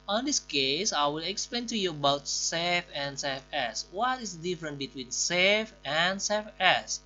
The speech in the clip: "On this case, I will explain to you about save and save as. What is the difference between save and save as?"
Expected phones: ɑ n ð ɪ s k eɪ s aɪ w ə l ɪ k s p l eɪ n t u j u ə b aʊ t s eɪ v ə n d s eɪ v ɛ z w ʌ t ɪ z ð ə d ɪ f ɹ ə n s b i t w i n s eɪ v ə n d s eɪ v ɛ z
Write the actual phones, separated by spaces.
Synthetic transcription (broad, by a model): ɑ n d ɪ s k eɪ s aɪ w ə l ɪ k s p l eɪ n t u j u ə b aʊ t s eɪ f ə n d s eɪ f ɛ s w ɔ t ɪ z d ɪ f ɹ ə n b i t w i n s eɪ f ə n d s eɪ f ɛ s